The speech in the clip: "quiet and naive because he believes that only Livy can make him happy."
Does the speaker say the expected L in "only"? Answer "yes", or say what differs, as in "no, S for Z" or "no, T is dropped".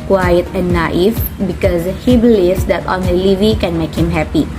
no, L is dropped